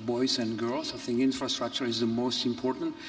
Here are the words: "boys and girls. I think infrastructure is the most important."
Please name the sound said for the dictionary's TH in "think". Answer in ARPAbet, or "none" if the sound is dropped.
TH